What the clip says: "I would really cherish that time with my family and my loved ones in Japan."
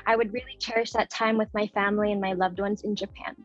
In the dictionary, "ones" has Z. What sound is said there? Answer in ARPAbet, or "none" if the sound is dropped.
Z